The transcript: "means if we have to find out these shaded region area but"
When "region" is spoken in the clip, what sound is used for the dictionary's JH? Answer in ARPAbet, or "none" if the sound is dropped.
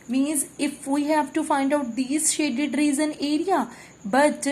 Z